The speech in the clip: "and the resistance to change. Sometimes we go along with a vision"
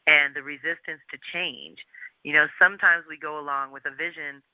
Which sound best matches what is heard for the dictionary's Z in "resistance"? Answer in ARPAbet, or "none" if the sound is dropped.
Z